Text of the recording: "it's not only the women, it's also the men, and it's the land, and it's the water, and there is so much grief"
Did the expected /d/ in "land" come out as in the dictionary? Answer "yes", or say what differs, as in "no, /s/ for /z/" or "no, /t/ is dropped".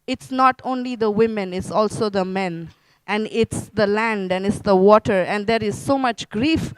yes